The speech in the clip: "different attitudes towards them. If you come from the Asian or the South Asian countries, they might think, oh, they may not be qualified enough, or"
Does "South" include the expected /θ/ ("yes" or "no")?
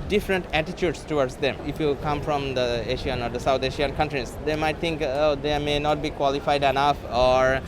no